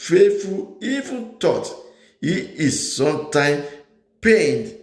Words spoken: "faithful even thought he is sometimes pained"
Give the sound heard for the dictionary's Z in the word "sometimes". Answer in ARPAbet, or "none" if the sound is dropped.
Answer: none